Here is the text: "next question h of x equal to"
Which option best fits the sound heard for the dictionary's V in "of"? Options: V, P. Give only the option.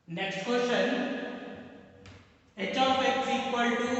P